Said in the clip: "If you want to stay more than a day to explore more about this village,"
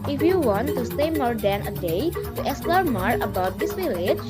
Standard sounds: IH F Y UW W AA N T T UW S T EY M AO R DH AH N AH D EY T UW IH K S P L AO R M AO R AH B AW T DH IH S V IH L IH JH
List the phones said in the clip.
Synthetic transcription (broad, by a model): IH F Y UW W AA N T T UW S T EY M AO R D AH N AH D EY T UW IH S L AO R M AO R AH B AW T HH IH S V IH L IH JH